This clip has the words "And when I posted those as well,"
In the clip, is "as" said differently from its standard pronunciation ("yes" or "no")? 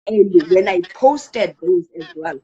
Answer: no